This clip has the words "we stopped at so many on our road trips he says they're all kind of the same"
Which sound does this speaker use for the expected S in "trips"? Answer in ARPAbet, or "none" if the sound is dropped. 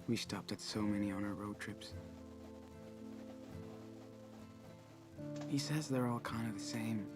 S